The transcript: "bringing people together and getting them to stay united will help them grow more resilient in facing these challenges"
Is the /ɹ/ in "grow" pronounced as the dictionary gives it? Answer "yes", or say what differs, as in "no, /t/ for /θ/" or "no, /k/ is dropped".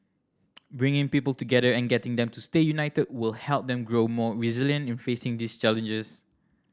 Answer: yes